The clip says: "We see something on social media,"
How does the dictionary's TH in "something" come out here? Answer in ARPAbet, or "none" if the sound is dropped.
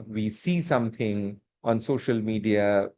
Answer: T